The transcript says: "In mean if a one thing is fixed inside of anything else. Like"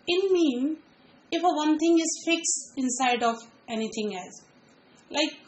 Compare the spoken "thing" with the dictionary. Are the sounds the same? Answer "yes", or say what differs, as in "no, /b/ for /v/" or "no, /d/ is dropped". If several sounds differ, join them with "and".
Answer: no, /t/ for /θ/